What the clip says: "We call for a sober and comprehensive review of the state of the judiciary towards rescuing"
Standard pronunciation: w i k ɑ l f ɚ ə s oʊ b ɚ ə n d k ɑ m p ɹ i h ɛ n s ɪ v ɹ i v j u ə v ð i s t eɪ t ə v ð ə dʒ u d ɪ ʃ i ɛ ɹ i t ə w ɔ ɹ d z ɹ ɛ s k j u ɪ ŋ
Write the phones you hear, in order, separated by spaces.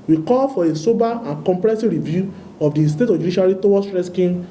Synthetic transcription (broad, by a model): w i k ɑ l f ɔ ə s oʊ b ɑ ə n k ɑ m p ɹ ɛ s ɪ ɹ i v j u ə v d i s t eɪ t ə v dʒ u d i ʃ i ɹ i t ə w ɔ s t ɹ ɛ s k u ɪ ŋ